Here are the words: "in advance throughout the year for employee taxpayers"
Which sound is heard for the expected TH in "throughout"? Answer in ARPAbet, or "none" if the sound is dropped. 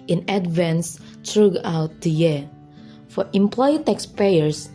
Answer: T